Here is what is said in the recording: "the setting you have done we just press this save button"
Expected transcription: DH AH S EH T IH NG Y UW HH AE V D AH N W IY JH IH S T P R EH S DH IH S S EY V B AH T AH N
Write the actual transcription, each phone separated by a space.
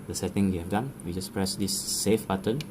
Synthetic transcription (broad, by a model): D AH S EH T IH NG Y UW HH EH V D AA N W IY JH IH S P R EH S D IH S S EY F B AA T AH N